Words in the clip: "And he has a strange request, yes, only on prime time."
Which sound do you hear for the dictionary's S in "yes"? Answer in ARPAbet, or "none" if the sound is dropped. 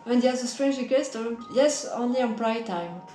S